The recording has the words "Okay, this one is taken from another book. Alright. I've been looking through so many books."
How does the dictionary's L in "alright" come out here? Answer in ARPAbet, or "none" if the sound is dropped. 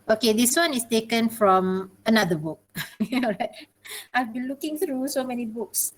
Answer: N